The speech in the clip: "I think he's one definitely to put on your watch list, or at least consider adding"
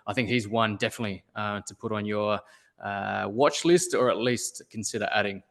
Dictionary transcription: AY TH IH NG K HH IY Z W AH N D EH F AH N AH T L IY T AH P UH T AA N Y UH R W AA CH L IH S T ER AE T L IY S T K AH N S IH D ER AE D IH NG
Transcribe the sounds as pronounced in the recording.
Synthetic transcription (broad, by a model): AY TH IH NG K HH IY Z W AH N D EH F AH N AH T L IY T AH P UH T N Y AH R W AA CH L IH S T ER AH T L IY S T K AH N S IH D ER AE D IH NG